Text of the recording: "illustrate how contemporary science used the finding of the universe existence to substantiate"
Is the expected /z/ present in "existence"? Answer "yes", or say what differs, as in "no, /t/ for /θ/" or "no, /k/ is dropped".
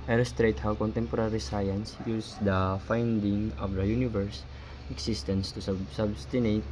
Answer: no, /s/ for /z/